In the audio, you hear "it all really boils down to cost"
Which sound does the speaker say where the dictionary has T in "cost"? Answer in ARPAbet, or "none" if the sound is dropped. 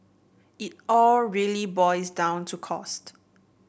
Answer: T